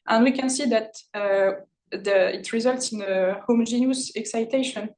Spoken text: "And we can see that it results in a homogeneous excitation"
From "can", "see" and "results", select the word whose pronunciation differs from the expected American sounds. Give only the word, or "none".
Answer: none